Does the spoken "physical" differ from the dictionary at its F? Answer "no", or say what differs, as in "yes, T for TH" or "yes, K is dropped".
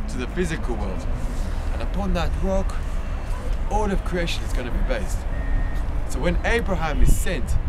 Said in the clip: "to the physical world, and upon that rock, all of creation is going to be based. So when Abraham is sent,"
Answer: no